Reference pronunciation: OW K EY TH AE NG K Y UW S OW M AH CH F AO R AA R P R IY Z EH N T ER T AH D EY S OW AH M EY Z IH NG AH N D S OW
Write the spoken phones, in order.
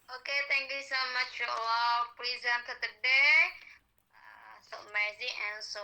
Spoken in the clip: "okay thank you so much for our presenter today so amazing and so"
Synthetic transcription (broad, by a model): OW K EY T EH NG K Y UW S OW M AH CH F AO L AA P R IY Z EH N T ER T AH D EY S OW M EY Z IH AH N S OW